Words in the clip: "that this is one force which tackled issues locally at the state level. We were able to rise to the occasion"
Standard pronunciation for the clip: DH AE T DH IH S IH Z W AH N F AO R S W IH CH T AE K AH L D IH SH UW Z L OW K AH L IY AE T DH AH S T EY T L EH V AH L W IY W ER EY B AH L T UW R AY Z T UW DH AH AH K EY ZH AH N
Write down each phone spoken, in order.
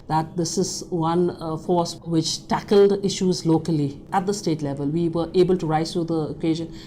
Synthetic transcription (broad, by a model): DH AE T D IH S IH Z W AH N F AO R S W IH CH T AE K AH L D IH SH UW Z L OW K AH L IY AE T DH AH S T EY T L EH V AH L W IY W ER EY B AH L T UW R AY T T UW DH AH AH K EY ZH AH N